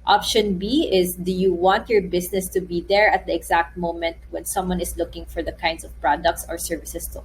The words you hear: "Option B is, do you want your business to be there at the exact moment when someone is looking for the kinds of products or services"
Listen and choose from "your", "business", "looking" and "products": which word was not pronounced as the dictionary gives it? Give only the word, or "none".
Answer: business